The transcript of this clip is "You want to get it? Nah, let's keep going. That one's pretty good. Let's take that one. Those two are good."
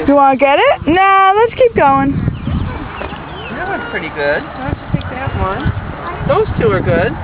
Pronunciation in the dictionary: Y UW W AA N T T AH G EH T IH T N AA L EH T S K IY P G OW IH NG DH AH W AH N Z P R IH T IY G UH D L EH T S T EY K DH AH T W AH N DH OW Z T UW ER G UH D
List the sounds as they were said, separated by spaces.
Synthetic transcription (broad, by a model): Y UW W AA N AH G EH T IH T N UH L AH T S K IY P G OW IH NG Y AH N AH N P R IH T IY G UH D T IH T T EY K DH AH T W AH N DH OW Z T UW ER G UH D